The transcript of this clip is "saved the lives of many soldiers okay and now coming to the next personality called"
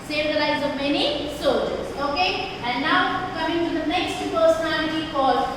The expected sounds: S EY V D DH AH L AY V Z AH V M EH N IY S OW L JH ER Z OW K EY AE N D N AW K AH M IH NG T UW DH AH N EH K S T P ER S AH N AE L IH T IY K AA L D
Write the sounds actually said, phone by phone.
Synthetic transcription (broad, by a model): S EY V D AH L AY Z AH V M EH N IY S OW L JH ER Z OW K EY AE N D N AW K AH M IH NG T UW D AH N EH K S T P ER S AH N AE L IH T IY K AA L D